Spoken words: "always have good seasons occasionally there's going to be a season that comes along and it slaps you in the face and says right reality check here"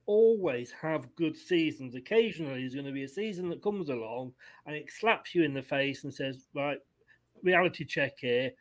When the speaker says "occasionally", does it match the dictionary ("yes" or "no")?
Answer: yes